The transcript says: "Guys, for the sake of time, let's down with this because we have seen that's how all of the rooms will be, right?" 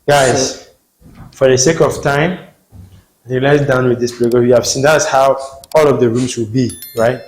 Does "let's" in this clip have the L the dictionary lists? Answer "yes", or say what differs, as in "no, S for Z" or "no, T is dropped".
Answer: no, N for L